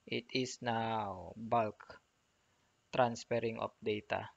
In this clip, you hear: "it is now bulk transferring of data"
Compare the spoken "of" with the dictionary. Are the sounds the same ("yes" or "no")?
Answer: no